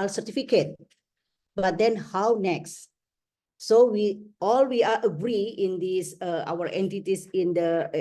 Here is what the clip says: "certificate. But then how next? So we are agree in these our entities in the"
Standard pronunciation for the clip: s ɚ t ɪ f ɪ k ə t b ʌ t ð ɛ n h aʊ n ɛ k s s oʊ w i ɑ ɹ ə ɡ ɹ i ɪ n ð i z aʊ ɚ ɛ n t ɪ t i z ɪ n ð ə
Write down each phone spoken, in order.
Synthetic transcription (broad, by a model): s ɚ t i f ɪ k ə t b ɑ t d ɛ n h aʊ n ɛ k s s oʊ w i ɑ w ə ɡ ɹ i ɪ n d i s aʊ ɚ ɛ n t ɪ t i s ɪ n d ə